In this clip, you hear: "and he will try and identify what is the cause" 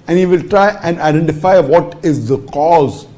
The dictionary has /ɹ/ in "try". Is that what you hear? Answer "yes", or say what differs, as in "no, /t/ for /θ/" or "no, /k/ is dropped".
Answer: yes